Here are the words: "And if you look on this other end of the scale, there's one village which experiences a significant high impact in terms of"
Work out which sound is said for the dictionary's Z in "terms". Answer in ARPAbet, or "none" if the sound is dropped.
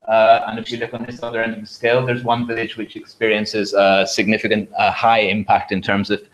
Z